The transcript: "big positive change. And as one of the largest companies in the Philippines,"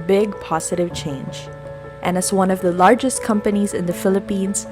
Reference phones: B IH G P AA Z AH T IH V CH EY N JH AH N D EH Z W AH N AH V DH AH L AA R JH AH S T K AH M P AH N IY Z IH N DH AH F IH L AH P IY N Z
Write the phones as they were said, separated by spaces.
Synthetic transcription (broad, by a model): B IH G P AA Z AH T IH V CH EY N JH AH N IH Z W AH N AH V DH AH L AA R JH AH S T K AH M P AH N IY Z IH N DH AH F IH L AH P IY N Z